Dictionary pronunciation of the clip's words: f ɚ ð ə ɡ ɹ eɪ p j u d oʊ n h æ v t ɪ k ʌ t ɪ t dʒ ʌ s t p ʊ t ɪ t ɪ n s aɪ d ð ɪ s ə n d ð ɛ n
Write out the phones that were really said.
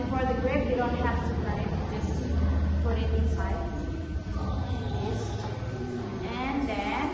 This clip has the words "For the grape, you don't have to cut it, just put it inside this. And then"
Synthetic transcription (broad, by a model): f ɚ ð ə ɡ ɹ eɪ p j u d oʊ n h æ f t ɪ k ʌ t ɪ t dʒ ʌ s t p ʊ t ɪ t ɪ n s aɪ d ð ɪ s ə n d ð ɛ